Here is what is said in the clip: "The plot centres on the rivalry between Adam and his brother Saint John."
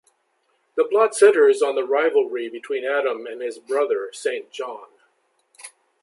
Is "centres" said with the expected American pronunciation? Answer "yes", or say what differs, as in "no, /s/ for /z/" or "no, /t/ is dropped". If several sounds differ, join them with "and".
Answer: no, /n/ is dropped